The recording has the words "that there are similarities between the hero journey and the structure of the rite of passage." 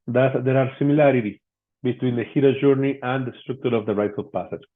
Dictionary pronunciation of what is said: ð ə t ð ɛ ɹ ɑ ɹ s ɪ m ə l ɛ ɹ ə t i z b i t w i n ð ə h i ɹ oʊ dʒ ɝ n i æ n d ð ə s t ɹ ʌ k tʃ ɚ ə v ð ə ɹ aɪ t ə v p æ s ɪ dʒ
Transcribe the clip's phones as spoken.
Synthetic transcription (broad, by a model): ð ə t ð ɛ ɹ ɑ ɹ s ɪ m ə l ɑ ɹ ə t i b i t w i n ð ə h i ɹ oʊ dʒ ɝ n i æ n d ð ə s t ɹ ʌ k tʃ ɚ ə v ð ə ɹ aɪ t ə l p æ s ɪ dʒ